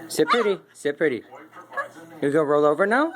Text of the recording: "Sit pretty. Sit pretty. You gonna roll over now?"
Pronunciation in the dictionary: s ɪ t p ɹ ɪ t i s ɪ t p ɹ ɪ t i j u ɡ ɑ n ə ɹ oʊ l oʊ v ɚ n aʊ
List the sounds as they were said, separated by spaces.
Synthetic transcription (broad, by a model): s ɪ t p ɹ ɪ t i s ɪ t p ɹ ɪ t i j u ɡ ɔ ə ɹ oʊ l oʊ v ɚ n aʊ